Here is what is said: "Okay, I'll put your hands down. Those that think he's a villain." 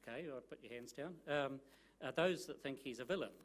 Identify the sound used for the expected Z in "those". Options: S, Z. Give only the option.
Z